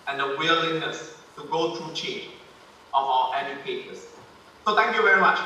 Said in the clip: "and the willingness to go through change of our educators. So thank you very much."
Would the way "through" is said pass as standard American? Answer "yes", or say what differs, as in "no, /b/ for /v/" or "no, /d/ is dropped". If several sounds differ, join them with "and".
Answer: no, /t/ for /θ/